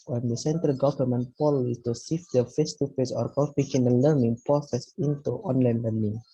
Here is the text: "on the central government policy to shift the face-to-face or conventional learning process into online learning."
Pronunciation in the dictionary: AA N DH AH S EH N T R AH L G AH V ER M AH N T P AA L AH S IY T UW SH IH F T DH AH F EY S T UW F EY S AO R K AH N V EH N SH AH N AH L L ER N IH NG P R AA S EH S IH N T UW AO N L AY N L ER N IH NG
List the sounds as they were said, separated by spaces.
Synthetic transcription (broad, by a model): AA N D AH S EH N T R AH L G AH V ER M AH N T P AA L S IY T UW S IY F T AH F EY S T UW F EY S AO R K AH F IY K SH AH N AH N L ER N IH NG P R AA S EH S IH N T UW AO N L AY N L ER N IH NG